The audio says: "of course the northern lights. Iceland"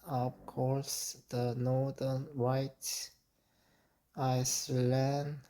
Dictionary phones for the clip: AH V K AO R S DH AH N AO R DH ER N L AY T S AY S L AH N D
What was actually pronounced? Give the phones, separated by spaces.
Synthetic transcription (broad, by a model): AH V K AO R S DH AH N AO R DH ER N W AY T AY S L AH N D